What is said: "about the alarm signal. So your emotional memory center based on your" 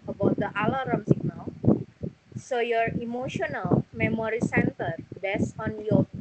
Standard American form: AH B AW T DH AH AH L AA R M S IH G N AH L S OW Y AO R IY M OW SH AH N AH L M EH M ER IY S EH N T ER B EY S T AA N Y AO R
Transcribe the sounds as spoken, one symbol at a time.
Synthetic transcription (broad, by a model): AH B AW T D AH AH L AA R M S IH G N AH L S OW Y AO R IY M OW SH AH N AH L M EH M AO IY S EH N T ER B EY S AA N Y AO